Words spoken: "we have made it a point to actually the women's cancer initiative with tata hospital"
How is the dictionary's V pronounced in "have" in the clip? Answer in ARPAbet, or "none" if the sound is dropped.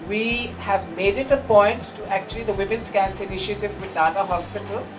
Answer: V